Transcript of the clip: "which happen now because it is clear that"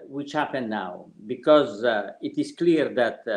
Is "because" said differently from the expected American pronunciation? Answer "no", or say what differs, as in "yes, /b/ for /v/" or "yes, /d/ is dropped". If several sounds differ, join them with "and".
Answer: no